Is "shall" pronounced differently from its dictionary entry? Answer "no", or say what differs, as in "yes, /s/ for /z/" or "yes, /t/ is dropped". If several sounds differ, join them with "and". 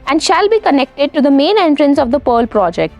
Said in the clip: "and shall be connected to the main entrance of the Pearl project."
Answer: no